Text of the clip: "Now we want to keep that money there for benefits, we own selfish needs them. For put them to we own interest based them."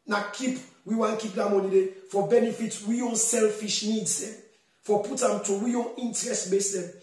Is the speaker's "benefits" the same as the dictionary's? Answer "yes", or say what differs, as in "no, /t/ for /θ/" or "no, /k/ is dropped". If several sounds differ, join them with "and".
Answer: no, /s/ is dropped